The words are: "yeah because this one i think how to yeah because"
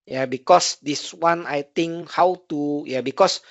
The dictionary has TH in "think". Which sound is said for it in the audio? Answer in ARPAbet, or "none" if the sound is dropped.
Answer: T